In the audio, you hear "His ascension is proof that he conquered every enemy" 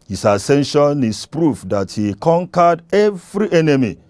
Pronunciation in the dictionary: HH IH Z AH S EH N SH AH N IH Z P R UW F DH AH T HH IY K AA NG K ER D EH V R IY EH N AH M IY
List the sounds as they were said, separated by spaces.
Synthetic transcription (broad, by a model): HH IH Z AH S EH N SH AH N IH S P R UW F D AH T HH IY K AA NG K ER D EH V R IY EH N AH M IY